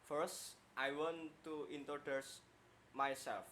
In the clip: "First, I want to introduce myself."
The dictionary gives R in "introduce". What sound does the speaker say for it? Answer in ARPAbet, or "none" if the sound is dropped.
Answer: none